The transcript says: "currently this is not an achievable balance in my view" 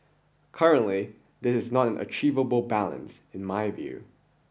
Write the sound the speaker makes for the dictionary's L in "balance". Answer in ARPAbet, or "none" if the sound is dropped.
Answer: L